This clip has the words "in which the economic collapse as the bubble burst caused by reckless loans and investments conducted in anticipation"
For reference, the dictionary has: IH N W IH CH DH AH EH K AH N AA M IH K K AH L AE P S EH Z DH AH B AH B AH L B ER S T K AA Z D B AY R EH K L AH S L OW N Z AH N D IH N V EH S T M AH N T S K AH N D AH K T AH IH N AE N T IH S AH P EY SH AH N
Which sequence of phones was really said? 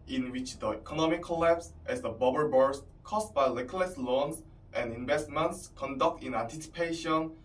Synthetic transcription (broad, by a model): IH N W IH CH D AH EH K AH N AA M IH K K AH L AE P S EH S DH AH B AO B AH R B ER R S K AA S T B AY L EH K L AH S L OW N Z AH N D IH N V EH S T M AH N T S K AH N D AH K T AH N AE N T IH S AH P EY SH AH N